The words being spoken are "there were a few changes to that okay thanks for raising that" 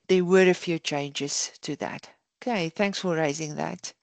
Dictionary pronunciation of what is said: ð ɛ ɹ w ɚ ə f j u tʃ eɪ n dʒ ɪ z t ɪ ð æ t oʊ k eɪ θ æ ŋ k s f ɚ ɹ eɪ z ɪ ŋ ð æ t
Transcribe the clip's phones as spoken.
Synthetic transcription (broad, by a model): ð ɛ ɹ w ɚ ə f j u tʃ eɪ n dʒ ɪ z t ɪ ð æ t oʊ k eɪ θ æ ŋ k s f ɚ ɹ eɪ z ɪ ŋ ð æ t